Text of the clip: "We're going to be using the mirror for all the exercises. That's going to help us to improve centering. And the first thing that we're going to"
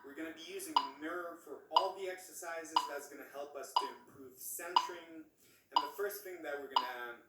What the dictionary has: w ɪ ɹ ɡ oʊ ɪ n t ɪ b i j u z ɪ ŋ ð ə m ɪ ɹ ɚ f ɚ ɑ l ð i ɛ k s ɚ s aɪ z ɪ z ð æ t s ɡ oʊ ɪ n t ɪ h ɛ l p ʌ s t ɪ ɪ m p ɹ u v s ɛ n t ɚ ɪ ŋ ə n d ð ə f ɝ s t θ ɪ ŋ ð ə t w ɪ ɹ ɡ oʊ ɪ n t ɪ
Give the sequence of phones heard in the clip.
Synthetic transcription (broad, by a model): w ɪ ɹ ɡ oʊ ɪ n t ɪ b i j u z ɪ ŋ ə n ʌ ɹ f ɚ ɑ l ð i ɛ k s ɚ s aɪ z ɪ z ð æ t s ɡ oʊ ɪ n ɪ h ɛ l p ʌ s t ɪ ɪ m p ɹ u v s ɛ n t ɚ ɪ ŋ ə n ð ə f ɝ s t θ ɪ ŋ ð ə t w ɪ ɹ ɡ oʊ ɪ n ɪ